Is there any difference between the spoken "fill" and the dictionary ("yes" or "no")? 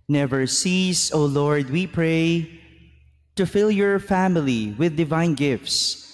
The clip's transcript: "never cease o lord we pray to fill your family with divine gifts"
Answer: no